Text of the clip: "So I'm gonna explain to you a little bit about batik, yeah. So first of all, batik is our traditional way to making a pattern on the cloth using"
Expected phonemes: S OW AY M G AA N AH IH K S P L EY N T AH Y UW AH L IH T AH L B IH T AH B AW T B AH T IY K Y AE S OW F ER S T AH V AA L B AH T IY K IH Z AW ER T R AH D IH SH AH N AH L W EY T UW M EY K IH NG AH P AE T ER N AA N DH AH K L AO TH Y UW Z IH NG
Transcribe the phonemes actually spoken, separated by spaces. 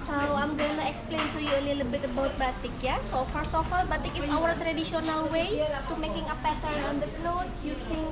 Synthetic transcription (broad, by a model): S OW AY M G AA N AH IH K S P L EY N S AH Y UW AH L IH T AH B IH T AH B AW T B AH T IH K Y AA S OW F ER S AH F AA L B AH T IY K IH S AW ER T R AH D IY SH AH N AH L W EY T UW M EY K IH NG AH P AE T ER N AA N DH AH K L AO T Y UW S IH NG